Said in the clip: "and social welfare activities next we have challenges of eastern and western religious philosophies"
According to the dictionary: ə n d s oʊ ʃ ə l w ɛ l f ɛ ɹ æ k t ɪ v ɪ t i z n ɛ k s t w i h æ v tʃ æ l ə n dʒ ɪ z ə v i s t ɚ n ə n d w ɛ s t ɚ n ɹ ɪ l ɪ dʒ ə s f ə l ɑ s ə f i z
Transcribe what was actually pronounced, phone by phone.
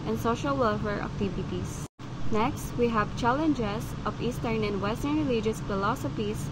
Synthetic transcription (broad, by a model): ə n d s oʊ ʃ ə l w ɛ l f ɛ ɹ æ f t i b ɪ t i s n ɛ k s t w i h æ v tʃ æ l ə n dʒ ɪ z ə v i s t ɚ n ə n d w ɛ s t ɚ n ɹ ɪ l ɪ dʒ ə s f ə l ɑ s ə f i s